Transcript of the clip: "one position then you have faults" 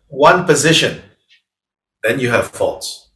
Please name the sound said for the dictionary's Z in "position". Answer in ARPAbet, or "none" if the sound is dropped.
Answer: Z